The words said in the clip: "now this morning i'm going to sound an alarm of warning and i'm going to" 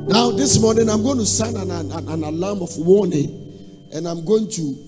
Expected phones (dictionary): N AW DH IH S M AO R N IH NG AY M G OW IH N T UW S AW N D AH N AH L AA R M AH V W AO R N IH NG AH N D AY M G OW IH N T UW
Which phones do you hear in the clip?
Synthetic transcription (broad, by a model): N AW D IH S M AO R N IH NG AY M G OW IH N T UW S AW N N AH N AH N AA L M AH F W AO N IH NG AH N AY M G OW IH N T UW